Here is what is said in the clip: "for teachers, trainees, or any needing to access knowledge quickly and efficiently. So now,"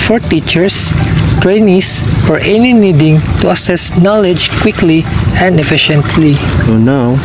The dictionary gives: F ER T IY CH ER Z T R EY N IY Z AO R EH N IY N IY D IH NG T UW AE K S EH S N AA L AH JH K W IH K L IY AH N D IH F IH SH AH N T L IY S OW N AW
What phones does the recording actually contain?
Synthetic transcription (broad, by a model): F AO T IY CH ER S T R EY N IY S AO R EH N IY N IY D IH NG T UW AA S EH S N AA L AH JH K W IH K L IY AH N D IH F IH SH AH N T L IY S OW N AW